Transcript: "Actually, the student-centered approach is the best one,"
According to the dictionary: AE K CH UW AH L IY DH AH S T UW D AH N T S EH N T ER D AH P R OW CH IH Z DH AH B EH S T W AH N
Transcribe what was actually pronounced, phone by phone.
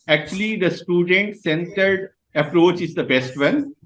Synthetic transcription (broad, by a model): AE K CH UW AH L IY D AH S T UW D AH N T S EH N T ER D AH P R OW CH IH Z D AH B EH S T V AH N